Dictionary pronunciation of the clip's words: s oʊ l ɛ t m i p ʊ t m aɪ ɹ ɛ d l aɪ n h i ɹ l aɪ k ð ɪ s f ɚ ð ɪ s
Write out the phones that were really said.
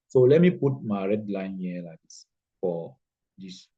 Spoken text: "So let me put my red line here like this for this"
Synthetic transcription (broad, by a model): s oʊ l ɛ t m i p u t m aɪ ɹ ɛ d l aɪ n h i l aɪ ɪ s f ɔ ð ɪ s